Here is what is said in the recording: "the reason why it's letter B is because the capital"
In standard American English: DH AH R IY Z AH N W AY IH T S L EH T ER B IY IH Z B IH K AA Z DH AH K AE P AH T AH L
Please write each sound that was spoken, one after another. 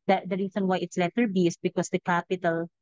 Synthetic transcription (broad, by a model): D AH R IY S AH N W AY IH T S L EH T ER B IY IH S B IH K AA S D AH K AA P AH T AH L